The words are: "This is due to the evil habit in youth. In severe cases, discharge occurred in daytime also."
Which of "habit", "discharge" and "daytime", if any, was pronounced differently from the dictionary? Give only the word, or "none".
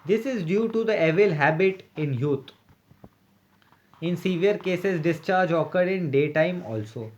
none